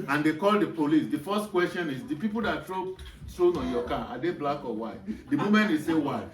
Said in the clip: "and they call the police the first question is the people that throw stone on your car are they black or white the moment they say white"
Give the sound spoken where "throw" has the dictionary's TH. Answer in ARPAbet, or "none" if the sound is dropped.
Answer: T